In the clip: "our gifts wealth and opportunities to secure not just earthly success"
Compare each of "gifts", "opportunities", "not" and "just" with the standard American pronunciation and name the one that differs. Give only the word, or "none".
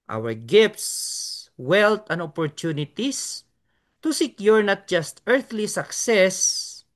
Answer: opportunities